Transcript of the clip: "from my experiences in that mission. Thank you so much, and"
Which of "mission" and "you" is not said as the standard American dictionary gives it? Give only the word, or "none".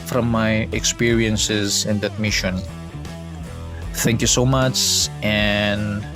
none